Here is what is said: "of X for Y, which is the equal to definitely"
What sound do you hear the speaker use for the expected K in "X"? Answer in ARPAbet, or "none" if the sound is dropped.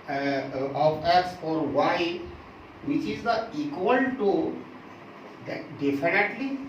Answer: none